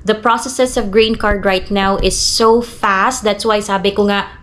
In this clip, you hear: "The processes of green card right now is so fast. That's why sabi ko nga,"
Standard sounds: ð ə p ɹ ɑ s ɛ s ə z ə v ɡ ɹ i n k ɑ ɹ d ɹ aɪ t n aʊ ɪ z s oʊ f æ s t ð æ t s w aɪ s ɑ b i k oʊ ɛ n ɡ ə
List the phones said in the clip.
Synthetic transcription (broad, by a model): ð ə p ɹ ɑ s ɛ s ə s ə v ɡ ɹ i n k ɑ ɹ d ɹ aɪ t n aʊ ɪ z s oʊ f æ s t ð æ t s w aɪ s ɑ b i k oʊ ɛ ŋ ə